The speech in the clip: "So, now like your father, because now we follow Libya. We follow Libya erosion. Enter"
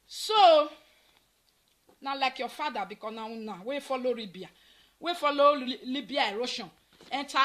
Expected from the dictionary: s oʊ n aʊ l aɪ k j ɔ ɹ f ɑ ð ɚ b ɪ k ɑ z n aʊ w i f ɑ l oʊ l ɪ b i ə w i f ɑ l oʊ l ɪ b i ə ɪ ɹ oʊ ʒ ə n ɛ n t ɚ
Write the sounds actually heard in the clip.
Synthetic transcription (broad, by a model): s oʊ n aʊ l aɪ k j ɔ f ɑ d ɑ b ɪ k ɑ n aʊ w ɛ f ɑ l oʊ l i b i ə w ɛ f ɑ l oʊ l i b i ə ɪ ɹ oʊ ʃ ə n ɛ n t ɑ